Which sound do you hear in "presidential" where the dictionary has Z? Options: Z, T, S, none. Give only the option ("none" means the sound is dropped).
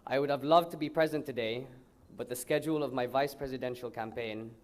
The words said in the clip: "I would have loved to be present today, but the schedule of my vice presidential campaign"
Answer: Z